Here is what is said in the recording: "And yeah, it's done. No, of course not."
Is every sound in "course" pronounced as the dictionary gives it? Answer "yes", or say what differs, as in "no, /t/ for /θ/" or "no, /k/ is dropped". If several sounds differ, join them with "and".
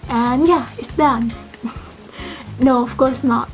yes